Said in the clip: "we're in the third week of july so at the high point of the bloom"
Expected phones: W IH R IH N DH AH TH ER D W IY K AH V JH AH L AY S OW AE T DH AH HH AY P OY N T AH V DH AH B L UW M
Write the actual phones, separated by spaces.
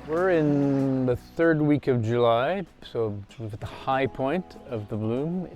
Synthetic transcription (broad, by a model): W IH R IH N DH AH TH ER D W IY K AH V JH AH L AY S OW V T DH AH HH AY P OY N T AH V DH AH B L UW M